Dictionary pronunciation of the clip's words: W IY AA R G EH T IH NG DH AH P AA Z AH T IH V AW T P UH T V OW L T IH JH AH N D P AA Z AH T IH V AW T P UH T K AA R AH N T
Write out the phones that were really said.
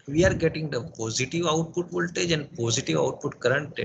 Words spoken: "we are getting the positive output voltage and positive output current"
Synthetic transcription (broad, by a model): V IY AA R G EH T IH NG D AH P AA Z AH T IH V AW T P UH T V OW L T IH JH AH N D P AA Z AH T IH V AW T P UH T K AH R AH N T